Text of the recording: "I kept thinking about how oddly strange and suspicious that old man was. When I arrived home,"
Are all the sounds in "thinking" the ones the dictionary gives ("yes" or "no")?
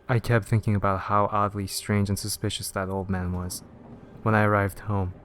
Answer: yes